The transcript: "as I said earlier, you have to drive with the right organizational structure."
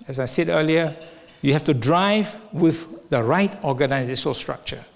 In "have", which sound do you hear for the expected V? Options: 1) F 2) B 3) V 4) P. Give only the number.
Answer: 1